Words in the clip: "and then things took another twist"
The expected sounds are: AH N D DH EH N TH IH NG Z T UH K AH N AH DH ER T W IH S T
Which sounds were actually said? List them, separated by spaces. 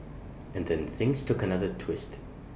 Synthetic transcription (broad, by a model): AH N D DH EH N TH IH NG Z T UH K AH N AH DH ER T W IH S T